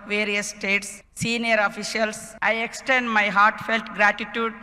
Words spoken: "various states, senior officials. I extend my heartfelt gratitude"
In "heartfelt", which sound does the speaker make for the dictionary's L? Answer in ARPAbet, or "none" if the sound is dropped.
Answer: L